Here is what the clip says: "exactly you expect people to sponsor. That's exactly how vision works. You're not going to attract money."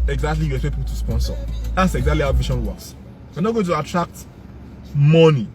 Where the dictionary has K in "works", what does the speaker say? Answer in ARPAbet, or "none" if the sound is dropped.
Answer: none